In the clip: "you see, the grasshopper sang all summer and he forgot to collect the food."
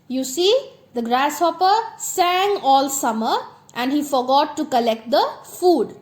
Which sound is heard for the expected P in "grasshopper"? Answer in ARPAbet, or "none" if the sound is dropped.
P